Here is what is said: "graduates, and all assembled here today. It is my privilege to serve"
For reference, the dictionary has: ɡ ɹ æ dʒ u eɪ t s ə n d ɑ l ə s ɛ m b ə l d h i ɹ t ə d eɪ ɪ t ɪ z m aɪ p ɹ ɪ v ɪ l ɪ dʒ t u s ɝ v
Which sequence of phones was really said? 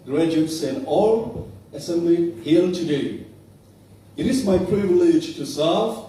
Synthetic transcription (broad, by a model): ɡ ɹ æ dʒ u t s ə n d ɑ l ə s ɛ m b l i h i l t ə d eɪ ɪ t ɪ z m aɪ p ɹ ɪ v ɪ l ɪ dʒ t u s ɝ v